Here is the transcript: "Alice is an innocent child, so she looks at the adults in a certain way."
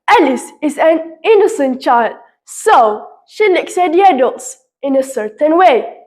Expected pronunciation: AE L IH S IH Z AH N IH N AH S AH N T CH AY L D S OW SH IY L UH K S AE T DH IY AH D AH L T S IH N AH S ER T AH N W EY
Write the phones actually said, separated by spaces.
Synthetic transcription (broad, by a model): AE L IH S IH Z AH N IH N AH S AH N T CH AY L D S OW SH IY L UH K S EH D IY AH D AH L T S IH N AH S ER T AH N W EY